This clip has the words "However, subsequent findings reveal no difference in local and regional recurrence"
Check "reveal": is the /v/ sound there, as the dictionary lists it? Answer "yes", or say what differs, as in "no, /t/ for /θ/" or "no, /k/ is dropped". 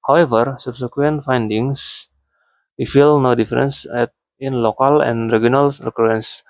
no, /f/ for /v/